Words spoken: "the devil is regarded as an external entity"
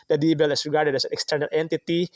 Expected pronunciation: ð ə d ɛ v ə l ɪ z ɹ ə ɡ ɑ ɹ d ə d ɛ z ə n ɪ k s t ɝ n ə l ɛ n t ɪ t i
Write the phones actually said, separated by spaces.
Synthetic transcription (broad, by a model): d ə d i b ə l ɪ s ɹ ə ɡ ɑ ɹ d ə d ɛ s ə n ɪ k s t ɝ n ə l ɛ n t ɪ t i